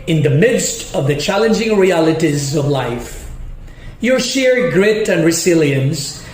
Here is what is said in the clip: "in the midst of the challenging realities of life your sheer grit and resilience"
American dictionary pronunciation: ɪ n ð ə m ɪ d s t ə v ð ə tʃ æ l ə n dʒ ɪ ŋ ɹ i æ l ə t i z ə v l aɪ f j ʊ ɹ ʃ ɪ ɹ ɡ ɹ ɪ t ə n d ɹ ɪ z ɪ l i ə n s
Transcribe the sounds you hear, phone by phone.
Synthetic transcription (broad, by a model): ɪ n ð ə m ɪ d s t ə v ð ə tʃ æ l ə n dʒ ɪ ŋ ɹ i æ l ə t i z ə v l aɪ f j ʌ ɹ ʃ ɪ ɹ ɡ ɹ ɪ t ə n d ɹ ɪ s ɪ l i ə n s